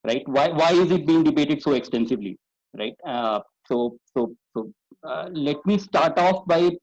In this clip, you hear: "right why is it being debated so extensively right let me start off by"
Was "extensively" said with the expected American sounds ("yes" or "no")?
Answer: yes